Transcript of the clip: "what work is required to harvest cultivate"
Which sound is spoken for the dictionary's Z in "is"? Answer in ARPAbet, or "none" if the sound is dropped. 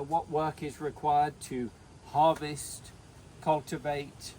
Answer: Z